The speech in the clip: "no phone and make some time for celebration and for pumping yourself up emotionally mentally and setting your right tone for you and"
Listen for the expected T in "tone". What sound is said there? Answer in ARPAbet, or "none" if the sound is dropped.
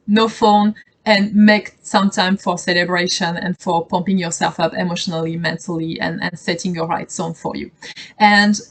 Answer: S